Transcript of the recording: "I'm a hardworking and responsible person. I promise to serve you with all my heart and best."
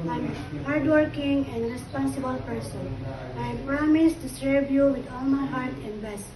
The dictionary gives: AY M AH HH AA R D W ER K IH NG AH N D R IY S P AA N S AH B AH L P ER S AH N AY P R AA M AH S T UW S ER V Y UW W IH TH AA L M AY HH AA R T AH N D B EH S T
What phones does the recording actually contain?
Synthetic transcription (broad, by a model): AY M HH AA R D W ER K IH NG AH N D R IY S P AA N S AH B AH L P ER S AH N AY P R AA M AH S T UW S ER B Y UW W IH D AA L M AY HH AA R T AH N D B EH S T